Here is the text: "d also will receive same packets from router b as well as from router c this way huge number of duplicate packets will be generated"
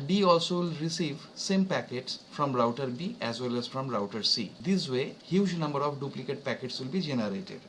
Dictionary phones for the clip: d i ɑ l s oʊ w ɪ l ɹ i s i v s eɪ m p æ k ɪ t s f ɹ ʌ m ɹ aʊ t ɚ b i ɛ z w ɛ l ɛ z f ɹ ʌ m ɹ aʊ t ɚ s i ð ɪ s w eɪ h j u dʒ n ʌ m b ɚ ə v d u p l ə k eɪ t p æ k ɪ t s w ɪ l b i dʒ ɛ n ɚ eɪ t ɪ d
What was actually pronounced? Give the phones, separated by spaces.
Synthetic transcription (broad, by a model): d i ɑ l s oʊ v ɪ l ɹ i s i v s eɪ m p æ k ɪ t s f ɹ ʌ m ɹ aʊ t ɚ b i ɛ z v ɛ l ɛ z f ɹ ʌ m ɹ aʊ t ɚ s i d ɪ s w eɪ h j u dʒ n ʌ m b ɚ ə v d u p l ə k eɪ t p æ k ɪ t s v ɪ l b i dʒ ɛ n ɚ eɪ t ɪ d